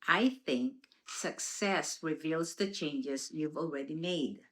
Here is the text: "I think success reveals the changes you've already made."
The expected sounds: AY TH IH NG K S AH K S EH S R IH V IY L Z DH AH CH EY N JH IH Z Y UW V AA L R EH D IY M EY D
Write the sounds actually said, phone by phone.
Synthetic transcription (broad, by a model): AY TH IH NG K S AH K S EH S R IH V IY L Z DH AH CH EY N JH IH Z Y UW V AA L R EH D IY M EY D